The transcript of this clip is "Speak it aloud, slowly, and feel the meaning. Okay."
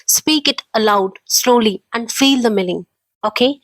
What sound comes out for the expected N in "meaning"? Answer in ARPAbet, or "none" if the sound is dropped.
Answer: L